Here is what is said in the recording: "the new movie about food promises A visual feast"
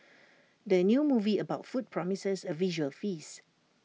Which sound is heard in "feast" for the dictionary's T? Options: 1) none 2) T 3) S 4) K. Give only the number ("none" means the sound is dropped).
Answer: 1